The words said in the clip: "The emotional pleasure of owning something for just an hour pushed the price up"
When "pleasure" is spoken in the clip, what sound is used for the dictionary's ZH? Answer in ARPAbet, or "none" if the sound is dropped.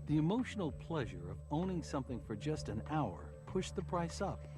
ZH